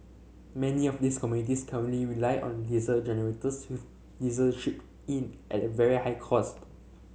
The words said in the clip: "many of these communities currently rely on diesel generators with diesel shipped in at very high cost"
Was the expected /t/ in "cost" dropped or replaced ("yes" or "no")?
no